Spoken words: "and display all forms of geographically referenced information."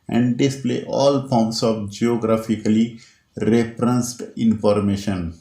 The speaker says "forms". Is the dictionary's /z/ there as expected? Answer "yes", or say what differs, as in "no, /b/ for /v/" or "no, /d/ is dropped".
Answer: no, /s/ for /z/